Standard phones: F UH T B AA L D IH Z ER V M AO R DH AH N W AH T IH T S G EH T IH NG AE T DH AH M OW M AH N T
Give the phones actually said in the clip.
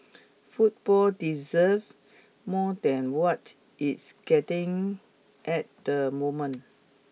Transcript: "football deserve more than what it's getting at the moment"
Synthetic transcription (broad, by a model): F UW T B AA L D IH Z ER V M AO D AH N W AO T IH T S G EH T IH NG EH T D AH M OW M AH N